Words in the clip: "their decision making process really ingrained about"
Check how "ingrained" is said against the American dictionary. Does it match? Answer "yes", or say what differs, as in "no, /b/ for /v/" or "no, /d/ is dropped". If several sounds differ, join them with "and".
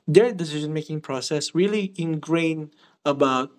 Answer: no, /d/ is dropped